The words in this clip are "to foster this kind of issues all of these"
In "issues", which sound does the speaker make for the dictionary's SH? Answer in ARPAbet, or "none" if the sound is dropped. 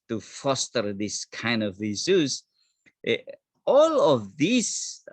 S